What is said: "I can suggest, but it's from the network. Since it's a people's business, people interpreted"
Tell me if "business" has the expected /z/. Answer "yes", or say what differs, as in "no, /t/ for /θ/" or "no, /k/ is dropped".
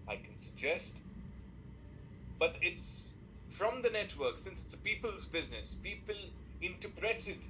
yes